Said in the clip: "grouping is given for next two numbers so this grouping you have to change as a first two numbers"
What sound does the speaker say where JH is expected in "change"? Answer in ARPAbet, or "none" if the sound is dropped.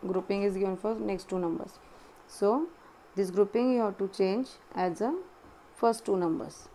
JH